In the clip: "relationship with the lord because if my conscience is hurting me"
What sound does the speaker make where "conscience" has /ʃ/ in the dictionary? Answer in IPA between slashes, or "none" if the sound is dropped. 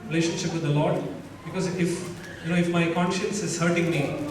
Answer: /ʃ/